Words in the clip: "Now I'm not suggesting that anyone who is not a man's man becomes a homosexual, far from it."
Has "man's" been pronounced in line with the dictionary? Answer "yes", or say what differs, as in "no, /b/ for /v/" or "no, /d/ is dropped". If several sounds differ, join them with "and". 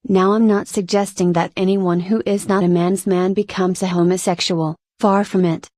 yes